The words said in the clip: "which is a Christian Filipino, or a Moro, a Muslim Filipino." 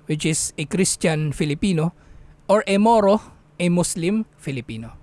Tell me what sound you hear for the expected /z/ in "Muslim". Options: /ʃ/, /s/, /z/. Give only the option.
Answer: /s/